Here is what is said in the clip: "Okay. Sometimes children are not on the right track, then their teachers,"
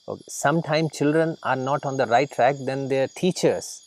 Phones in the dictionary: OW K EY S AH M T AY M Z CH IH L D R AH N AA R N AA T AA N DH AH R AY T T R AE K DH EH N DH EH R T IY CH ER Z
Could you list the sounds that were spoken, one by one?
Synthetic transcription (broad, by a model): OW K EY S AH M T AY M CH IH L D R AH N AA R N AA T AA N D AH R AY T T R AE K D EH N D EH R T IY CH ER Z